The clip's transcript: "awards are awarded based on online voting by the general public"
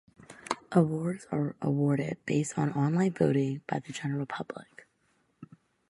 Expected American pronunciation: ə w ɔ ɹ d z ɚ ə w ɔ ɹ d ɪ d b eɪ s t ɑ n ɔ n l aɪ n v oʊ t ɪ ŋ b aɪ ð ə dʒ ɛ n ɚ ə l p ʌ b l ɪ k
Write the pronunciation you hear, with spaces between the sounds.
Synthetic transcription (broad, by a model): ə w ɔ ɹ d z ɚ ə w ɔ ɹ d ɪ d b eɪ s t n ɔ n l aɪ n v oʊ t ɪ ŋ b aɪ ð ə dʒ ɛ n ɚ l p ʌ b l ɪ k